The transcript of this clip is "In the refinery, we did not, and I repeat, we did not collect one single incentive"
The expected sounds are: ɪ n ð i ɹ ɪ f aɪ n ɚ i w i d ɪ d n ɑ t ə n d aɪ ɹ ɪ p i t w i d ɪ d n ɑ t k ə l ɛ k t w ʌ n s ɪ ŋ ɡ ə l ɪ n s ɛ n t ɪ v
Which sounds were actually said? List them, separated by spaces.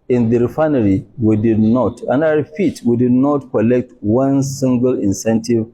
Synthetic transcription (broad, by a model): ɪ n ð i ɹ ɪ f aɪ n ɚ i w i d ɪ d n ɑ t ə n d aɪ w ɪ f i t w i d ɪ d n ɑ t k ə l ɛ k t w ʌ n s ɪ ŋ ɡ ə l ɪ n s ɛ n t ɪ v